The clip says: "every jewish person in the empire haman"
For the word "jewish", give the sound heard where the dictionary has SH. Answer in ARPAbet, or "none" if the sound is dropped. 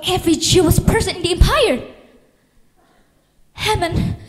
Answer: S